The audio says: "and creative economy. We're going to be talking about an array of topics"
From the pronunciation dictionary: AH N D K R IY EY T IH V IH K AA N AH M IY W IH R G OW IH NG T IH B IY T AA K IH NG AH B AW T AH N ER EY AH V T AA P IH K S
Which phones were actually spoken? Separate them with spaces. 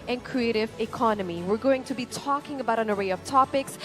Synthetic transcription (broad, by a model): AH N K R IY EY T IH V IH K AA N AH M IY W IH R G OW IH NG T IH B IY T AA K IH NG AH B AW T AH N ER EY AH V T AA P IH K S